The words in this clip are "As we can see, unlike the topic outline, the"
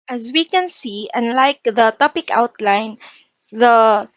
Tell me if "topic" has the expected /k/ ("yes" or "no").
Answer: yes